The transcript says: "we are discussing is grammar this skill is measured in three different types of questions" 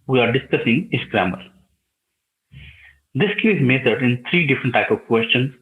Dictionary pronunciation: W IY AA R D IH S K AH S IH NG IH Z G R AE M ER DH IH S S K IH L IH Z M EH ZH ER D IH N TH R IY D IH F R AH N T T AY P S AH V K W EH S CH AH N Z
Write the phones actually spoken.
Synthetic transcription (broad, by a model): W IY AA R D IH S K AH S IH NG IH S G R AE M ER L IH S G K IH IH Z M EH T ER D IH N T R IY D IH F R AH N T T AY P AH V K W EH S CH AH N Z